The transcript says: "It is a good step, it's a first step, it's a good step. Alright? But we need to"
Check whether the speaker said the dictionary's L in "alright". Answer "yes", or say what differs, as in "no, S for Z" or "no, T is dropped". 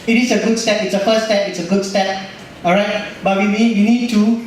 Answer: no, L is dropped